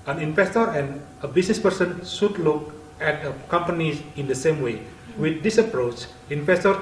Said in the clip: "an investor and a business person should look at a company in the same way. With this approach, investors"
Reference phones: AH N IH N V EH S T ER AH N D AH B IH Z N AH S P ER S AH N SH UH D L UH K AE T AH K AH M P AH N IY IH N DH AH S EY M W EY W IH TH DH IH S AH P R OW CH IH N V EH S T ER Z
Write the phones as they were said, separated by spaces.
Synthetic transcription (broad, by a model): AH N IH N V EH S T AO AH N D AH B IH S N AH S P ER S AH N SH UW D L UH K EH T AH K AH M P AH N IY IH N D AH S EY M W EY W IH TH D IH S AH P R OW CH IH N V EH S T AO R